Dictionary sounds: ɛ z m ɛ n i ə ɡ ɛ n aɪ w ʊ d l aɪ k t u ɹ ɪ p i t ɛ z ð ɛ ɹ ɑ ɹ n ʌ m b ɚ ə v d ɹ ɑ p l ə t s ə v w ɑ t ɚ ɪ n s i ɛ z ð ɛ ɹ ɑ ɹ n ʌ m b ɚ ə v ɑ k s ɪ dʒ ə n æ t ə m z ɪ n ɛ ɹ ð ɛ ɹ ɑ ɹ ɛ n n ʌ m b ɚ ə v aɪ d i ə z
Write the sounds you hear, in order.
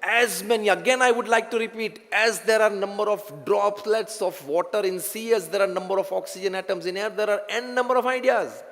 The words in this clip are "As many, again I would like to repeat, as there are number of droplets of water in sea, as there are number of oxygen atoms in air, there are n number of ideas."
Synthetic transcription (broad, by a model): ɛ z m ɛ n i ə ɡ ɛ n aɪ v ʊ d l aɪ k t u ɹ ɪ p i t ɛ z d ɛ ɹ ɑ ɹ n ʌ m b ɚ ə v d ɹ ɑ p l ə t s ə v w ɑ t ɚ ɪ n s i ɛ z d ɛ ɹ ɑ ɹ n ʌ m b ɚ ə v ɑ k s ɪ dʒ ə n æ t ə m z ɪ n ɛ ɹ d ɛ ɹ ɑ ɹ ɛ n n ʌ m b ɚ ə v aɪ d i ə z